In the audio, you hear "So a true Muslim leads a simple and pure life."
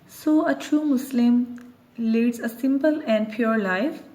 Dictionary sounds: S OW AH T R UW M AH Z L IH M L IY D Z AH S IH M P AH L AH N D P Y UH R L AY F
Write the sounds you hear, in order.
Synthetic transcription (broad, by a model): S OW AH T R UW M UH S L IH M L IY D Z AH S IH M P AH L AH N D P Y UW R L AY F